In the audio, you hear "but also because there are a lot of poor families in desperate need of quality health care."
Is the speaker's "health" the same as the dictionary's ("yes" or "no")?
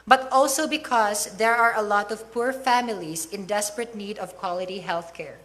yes